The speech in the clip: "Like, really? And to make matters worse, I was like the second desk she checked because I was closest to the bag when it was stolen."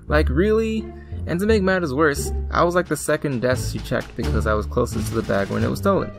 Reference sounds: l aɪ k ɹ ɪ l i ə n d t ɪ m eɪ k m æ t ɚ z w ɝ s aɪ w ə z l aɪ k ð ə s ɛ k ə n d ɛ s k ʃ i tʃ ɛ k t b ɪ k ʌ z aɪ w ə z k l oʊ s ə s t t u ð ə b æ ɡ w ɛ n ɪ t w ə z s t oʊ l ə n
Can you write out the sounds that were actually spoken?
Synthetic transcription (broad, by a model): l aɪ k ɹ ɪ l i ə n t ɪ m eɪ k m æ t ɚ z w ɝ s aɪ w ə z l aɪ k ð ə s ɛ k ə n d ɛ s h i tʃ ɛ k t b ɪ k ʌ z aɪ w ə z k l oʊ s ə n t t u ð ə b æ ɡ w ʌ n ɪ t w ə z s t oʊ l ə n